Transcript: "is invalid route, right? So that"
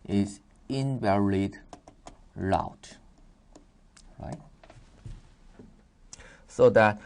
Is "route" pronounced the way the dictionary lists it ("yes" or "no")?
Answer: no